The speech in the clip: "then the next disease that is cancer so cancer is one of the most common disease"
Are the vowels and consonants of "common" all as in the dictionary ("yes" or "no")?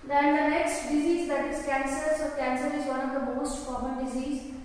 no